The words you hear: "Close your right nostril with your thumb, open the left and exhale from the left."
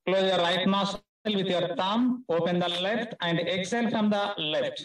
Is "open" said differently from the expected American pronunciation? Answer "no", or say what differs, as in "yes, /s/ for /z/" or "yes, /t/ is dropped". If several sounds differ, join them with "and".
no